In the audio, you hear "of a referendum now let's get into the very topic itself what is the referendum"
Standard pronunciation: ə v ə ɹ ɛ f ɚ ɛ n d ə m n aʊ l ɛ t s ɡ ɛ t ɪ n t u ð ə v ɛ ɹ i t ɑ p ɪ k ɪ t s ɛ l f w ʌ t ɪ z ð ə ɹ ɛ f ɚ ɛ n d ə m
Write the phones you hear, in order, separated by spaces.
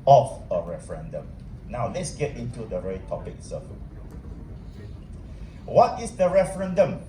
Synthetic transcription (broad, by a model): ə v ə ɹ ɛ f ɚ ɛ n d ə m n aʊ l ɛ t s ɡ ɛ t ɪ n t u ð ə ɹ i t ɑ p ɪ k s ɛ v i w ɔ t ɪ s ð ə ɹ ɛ f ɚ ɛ n d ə m